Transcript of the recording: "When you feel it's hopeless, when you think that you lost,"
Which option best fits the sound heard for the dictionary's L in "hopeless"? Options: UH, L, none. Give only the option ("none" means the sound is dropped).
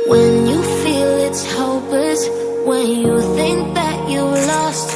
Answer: none